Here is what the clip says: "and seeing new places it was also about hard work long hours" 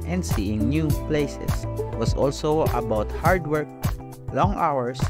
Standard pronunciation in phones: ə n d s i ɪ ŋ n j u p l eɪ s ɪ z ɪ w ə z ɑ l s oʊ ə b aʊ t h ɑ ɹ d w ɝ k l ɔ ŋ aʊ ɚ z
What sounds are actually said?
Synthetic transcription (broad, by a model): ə n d s i ɪ ŋ n j u p l eɪ s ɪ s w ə s ɑ l s oʊ ə b aʊ t h ɑ ɹ d w ɝ k l ɔ ŋ aʊ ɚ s